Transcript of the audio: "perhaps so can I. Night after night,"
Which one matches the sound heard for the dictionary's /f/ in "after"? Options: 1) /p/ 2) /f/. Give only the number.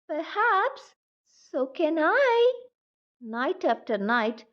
2